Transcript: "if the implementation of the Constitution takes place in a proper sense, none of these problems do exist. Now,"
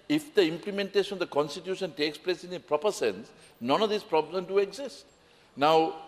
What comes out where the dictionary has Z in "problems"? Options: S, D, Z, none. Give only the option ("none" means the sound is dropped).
none